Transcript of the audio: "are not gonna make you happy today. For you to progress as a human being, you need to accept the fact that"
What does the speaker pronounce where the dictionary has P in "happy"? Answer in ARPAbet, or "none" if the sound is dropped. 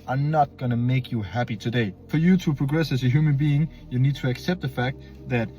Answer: P